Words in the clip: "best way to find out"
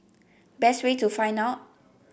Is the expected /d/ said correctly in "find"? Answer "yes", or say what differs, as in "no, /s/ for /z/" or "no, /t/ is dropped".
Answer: no, /d/ is dropped